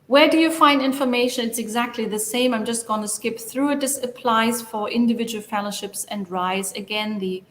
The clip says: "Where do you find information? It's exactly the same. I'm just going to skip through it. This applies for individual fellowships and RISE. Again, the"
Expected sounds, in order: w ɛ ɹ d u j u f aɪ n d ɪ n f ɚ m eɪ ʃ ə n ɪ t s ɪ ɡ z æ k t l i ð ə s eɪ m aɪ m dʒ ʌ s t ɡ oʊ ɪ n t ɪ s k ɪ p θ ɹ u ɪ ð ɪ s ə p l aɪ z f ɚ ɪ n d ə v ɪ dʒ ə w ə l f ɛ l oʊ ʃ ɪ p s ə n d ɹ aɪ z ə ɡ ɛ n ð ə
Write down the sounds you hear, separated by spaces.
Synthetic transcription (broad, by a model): w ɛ ɹ d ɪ j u f aɪ n d ɪ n f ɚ m eɪ ʃ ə n ɪ t s ɪ ɡ z æ k t l i ð ə s eɪ m aɪ m dʒ ʌ s t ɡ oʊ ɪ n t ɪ s k ɪ p θ ɹ u ɪ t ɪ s ə p l aɪ z f ɚ ɪ n d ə v ɪ dʒ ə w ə l f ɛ l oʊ ʃ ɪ p s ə n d ɹ aɪ z ə ɡ ɛ n ð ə